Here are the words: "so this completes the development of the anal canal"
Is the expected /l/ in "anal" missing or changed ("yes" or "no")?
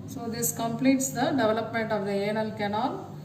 no